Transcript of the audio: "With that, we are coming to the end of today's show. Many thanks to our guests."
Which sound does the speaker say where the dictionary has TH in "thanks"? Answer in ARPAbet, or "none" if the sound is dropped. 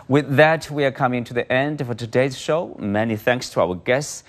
TH